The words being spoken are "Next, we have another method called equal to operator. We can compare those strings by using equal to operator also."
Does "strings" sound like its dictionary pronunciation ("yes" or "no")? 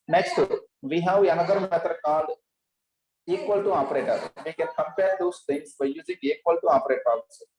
no